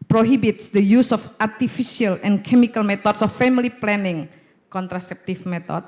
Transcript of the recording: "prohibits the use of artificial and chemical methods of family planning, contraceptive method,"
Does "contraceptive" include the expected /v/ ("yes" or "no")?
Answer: no